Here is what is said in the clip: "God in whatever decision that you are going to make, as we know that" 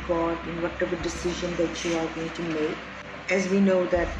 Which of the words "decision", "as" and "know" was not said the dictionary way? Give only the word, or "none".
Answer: none